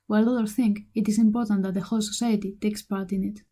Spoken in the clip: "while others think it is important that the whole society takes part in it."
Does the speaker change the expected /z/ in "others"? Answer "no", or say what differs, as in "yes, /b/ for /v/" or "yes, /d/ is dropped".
yes, /z/ is dropped